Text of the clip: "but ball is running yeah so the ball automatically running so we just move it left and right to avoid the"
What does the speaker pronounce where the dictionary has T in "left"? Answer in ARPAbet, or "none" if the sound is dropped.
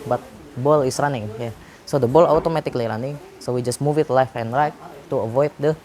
none